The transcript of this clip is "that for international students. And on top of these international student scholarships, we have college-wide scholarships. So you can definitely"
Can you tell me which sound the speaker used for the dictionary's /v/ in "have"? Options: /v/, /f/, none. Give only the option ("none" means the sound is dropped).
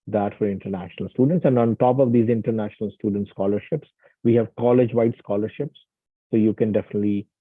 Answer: /v/